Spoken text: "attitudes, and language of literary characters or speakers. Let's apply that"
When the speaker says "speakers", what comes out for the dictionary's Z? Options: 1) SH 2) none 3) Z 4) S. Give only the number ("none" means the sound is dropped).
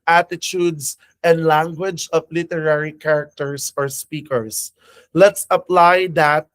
4